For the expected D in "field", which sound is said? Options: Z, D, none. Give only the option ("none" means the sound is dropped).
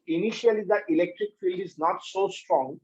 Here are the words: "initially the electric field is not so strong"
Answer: D